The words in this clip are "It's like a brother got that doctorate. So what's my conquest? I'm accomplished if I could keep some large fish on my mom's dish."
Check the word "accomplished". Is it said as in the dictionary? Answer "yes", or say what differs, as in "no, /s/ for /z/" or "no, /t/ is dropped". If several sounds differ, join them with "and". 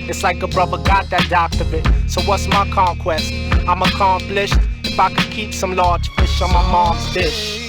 yes